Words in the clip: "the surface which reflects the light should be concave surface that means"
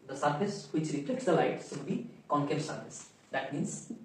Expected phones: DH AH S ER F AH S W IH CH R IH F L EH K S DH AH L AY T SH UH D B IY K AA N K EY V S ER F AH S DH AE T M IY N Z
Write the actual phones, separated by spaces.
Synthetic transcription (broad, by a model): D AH S ER F AH S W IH CH R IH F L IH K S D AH L AY T S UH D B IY K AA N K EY S ER F AH S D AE T M IY N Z